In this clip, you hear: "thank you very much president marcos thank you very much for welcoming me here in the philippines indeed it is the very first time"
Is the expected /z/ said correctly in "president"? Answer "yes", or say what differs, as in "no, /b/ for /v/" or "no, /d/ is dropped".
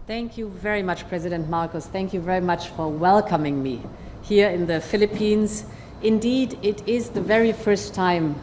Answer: yes